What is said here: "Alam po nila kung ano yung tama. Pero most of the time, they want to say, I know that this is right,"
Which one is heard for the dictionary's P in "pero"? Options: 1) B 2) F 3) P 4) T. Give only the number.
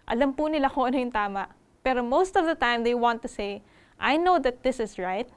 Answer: 3